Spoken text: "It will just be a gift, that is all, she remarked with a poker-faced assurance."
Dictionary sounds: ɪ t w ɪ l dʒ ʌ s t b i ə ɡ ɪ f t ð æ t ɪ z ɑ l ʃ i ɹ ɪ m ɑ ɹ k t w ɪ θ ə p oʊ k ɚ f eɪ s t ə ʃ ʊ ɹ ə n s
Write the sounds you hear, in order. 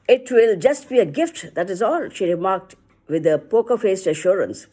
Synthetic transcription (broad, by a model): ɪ t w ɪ l dʒ ʌ s t b i ə ɡ ɪ f t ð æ t ɪ z ɑ l ʃ i ɹ ɪ m ɑ ɹ k t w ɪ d ə p oʊ k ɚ f eɪ s t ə ʃ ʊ ɹ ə n s